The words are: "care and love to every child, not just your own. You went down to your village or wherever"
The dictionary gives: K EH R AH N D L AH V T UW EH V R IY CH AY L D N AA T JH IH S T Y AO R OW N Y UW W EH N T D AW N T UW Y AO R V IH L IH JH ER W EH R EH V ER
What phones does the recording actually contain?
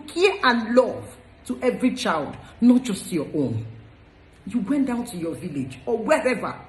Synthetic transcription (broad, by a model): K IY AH N L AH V T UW EH V R IY CH AY L D N AA T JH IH S T Y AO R OW N Y UW W EH N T D AW N T UW Y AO V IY L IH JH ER W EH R EH V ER